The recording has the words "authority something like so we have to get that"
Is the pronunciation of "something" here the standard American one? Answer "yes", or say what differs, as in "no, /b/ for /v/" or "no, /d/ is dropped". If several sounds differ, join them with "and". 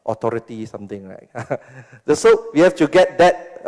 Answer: no, /t/ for /θ/